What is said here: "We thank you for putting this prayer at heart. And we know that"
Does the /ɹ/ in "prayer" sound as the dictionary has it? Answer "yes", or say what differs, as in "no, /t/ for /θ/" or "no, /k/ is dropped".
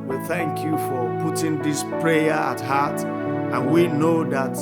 yes